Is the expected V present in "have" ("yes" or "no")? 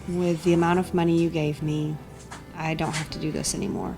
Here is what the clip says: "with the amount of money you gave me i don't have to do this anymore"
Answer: no